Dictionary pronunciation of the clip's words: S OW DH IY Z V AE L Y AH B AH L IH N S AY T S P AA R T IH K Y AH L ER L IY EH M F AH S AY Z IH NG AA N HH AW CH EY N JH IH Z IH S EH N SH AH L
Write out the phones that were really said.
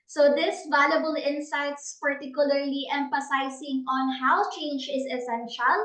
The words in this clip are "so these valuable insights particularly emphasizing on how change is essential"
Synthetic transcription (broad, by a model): S OW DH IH S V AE L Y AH B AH L IH N S AY T S P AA R T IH K Y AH L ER L IY EH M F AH S AY S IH NG AA N HH AW CH EY N JH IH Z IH S EH N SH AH L